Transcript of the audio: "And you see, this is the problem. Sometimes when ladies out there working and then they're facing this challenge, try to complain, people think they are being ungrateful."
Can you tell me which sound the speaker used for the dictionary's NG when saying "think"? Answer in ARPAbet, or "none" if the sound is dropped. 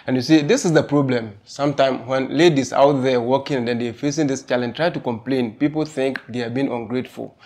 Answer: NG